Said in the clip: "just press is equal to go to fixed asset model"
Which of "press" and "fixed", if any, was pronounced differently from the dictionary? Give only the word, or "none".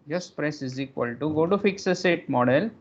fixed